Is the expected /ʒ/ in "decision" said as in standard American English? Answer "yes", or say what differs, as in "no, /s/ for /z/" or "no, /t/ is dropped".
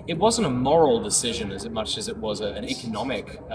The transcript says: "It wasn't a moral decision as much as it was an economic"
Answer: yes